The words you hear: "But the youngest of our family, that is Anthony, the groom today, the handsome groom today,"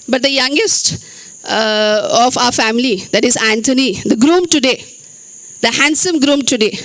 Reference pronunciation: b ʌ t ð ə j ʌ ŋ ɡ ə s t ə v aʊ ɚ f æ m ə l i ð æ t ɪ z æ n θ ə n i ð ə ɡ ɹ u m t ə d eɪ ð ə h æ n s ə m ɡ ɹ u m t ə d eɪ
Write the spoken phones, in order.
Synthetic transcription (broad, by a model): b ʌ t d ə j ʌ ŋ ɡ ə s t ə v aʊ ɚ f æ m ə l i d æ t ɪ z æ n t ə n i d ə ɡ ɹ u m t ə d eɪ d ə h æ n s ə m ɡ ɹ u m t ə d eɪ